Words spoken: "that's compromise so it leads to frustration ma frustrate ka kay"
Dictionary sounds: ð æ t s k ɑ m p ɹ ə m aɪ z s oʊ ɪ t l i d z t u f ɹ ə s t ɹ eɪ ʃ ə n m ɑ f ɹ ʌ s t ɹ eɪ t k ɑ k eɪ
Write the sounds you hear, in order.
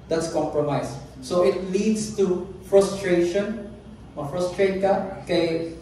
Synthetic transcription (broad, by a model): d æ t s k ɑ m p ɹ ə m aɪ s oʊ ɪ t l i d s t u f ɹ ə s t ɹ eɪ ʃ ə n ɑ f ɹ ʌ s t ɹ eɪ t k ɑ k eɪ